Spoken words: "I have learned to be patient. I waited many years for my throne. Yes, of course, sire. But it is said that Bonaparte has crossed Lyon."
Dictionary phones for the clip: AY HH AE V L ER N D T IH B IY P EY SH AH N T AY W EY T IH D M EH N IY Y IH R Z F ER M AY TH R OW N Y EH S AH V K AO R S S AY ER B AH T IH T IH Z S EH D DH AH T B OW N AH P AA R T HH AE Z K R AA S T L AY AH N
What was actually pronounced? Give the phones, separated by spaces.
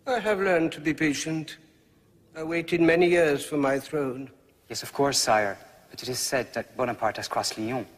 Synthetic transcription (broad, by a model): AY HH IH V L ER N T IH B IY P EY SH AH N T AY W EY T IH D M EH N IY Y IH R Z F ER M AY TH R OW N Y EH S AH V K AO R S S AY ER B AH T IH T IH Z S EH D DH AH T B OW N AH P AA R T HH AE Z K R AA S L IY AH